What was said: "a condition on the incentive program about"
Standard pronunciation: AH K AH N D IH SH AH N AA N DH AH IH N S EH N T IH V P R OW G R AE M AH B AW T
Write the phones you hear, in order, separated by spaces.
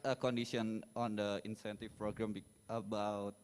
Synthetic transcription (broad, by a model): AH K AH N D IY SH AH N AA N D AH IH N S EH N T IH F P R OW G R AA M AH B AW T